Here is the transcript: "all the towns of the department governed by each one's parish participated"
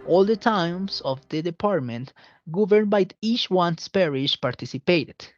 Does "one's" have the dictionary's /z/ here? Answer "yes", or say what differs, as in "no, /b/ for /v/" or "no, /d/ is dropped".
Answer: no, /s/ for /z/